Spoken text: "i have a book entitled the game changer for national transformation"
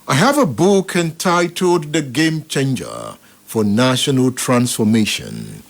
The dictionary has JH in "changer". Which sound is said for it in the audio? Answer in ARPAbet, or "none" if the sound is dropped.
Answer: JH